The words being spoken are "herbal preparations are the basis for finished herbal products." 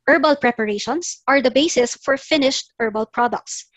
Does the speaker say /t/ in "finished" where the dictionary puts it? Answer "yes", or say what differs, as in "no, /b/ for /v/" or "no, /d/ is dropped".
yes